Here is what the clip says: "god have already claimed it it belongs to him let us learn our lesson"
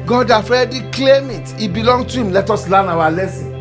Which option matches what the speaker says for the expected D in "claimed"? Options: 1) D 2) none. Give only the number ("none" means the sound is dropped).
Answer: 2